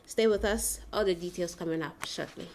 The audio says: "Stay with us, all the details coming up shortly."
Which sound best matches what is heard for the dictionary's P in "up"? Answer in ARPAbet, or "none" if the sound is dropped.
P